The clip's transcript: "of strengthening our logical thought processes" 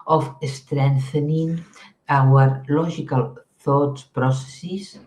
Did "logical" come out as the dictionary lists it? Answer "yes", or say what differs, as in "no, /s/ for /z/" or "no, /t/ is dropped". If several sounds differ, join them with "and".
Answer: no, /ʒ/ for /dʒ/